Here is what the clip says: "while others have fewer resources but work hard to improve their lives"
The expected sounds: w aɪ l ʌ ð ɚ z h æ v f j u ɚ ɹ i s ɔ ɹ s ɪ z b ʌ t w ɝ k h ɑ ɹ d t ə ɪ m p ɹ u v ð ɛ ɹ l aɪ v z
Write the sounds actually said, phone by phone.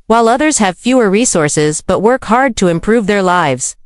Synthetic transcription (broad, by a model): w aɪ l ʌ ð ɚ z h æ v f j u ɚ ɹ i s ɔ ɹ s ɪ z b ʌ t w ɝ k h ɑ ɹ d t ə ɪ m p ɹ u v ð ɛ ɹ l aɪ v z